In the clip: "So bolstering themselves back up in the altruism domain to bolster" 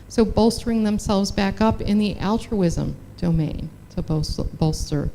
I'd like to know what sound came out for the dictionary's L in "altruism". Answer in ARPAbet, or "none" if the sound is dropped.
L